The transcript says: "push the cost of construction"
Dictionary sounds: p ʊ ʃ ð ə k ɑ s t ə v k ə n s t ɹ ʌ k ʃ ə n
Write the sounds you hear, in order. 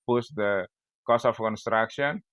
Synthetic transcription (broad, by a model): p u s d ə k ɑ s ə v k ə n s t ɹ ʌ k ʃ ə n